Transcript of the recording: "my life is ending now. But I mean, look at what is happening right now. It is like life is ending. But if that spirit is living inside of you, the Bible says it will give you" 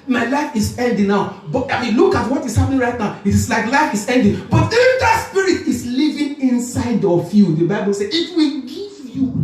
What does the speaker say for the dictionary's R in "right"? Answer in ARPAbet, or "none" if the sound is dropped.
R